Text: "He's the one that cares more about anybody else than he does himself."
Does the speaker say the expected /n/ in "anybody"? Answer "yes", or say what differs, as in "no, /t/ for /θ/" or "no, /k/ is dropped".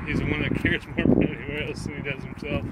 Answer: no, /n/ is dropped